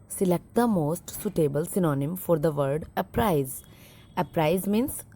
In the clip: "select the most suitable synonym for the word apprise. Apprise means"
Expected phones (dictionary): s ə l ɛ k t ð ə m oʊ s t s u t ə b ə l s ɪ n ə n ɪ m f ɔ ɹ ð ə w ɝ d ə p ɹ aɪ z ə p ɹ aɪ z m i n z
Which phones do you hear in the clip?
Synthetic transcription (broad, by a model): s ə l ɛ k t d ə m oʊ s t s u t ə b ə l s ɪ n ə n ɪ m f ɔ ɹ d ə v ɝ d ə p ɹ aɪ z ə p ɹ aɪ z m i n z